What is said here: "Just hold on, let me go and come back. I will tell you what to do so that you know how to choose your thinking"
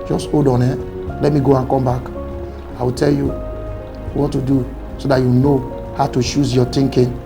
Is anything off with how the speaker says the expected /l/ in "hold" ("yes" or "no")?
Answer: yes